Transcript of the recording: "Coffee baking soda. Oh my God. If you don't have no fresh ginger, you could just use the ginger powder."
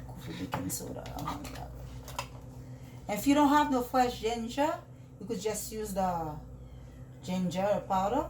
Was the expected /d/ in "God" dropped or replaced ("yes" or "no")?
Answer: yes